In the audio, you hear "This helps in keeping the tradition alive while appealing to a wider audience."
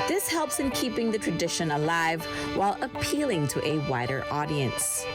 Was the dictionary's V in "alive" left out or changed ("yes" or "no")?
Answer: no